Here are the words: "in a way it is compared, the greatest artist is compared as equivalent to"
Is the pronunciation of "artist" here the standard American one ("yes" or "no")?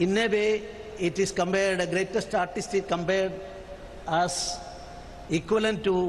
yes